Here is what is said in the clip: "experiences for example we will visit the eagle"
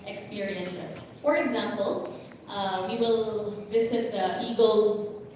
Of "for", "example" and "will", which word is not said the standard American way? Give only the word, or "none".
none